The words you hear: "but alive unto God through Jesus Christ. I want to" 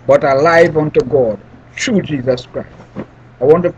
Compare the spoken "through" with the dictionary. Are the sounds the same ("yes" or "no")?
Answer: no